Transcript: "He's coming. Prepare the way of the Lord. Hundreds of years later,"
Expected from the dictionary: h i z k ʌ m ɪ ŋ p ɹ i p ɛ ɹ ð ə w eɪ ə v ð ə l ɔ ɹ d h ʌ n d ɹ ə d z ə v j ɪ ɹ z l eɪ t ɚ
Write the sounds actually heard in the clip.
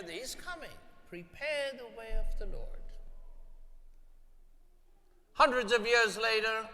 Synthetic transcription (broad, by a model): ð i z k ʌ m ɪ ŋ p ɹ i p ɛ ɹ ð ə w eɪ ə v ð ə l ɔ ɹ d h ʌ n d ɹ ə d z ə v j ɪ ɹ z l eɪ t ɚ